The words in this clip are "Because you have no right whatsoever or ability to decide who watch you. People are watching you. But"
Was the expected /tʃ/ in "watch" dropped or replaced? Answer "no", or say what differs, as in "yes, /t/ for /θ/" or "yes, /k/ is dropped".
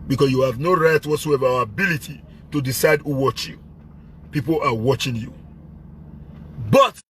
no